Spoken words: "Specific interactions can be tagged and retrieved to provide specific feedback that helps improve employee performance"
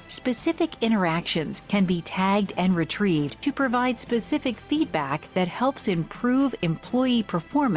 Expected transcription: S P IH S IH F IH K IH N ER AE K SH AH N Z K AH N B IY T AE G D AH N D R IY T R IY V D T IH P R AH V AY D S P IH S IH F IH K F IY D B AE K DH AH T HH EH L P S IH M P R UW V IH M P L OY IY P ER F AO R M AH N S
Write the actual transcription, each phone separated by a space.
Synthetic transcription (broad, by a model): S P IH S IH F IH K IH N ER AE K SH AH N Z K AH N B IY T AE G D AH N R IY T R IY V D T IH P R AH V AY D S P IH S IH F IH K F IY D B AE K DH AH T HH EH L P S IH M P R UW V IH M P L OY IY P ER F AO R M